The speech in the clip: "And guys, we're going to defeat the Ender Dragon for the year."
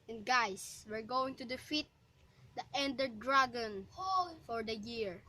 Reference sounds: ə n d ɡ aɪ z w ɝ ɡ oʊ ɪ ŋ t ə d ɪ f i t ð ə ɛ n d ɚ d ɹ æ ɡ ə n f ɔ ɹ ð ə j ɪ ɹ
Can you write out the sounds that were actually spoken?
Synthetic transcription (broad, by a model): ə n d ɡ aɪ s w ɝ ɡ oʊ ɪ ŋ t ə d ɪ f i t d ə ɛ n d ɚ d ɹ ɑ ɡ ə n f ɔ ɹ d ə j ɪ ɹ